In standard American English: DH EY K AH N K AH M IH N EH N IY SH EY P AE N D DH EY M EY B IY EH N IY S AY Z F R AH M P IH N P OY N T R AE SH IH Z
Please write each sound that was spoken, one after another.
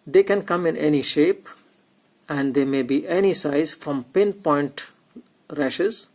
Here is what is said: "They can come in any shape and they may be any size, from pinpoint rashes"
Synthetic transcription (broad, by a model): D EY K AH N K AH M IH N EH N IY SH EY P AE N D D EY M EY B IY EH N IY S AY Z F R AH M P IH N P OY N T R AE SH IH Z